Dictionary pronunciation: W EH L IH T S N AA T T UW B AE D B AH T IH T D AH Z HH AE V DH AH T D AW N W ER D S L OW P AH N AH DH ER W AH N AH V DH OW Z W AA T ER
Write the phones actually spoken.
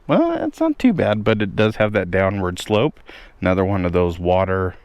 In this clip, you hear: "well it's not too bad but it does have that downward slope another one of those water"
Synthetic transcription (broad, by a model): W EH L IH T S N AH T T UW B AE D B AH T IH T D AH Z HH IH V DH AH T D AW N W ER D S L OW P AH N AH DH ER W AH N AH V DH OW Z W AA T ER